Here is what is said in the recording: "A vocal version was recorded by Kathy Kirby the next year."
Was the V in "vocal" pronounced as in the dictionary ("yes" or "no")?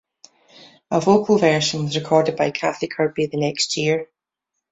yes